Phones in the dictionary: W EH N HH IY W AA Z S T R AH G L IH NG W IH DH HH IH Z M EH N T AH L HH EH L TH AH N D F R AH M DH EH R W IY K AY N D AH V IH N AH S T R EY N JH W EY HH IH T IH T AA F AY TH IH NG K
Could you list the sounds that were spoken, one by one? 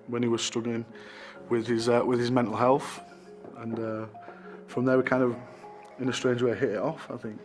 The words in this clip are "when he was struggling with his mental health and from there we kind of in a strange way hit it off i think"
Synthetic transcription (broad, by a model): W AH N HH IY W AA Z S T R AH G L IH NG W IH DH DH IH Z M EH N T L HH EH L TH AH N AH F R AH M DH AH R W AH K AY N D AH V IH N AH S T R EY N JH W EY HH IH T IH T AA F AY TH IH NG K